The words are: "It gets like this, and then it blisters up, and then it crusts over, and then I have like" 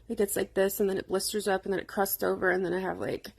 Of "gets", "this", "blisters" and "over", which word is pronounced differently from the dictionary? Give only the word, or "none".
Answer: none